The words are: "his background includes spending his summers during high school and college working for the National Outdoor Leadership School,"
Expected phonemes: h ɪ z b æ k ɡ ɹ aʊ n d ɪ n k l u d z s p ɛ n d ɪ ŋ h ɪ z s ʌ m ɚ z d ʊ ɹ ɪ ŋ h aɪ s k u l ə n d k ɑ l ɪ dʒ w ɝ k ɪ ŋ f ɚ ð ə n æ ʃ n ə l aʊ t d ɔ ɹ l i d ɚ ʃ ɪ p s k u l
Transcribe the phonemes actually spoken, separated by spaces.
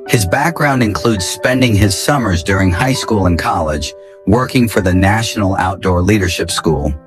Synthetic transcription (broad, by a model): h ɪ z b æ k ɡ ɹ aʊ n d ɪ n k l u d z s p ɛ n d ɪ ŋ ɪ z s ʌ m ɚ z d ʊ ɹ ɪ ŋ h aɪ s k u l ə n k ɑ l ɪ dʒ w ɝ k ɪ ŋ f ɚ ð ə n æ ʃ n l aʊ t d ɔ ɹ l i d ɚ ʃ ɪ p s k u l